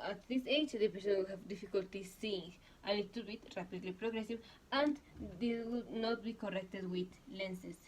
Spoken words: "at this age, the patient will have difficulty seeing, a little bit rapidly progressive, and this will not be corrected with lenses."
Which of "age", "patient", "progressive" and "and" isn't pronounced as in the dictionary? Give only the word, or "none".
patient